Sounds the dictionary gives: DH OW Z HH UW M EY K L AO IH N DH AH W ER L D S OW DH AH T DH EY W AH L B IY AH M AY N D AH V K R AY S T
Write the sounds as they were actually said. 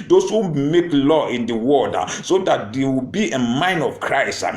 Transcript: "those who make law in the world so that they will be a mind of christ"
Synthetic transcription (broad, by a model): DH OW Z HH UW M EY K L AO IH N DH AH W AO D S OW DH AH T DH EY W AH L B IY AH M AY N D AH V K R AY S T